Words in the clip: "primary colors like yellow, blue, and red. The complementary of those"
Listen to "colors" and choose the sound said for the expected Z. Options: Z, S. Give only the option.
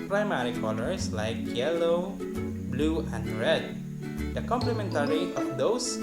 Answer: S